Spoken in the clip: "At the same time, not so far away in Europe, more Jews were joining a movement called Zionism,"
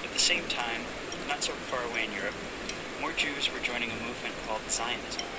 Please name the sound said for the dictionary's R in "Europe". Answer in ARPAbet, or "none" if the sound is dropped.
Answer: R